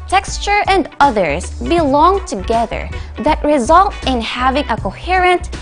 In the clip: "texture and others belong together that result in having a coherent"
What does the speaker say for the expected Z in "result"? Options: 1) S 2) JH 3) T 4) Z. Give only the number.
4